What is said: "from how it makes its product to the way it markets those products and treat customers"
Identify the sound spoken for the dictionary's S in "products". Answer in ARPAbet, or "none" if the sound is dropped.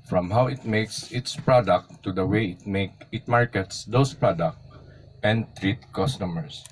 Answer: none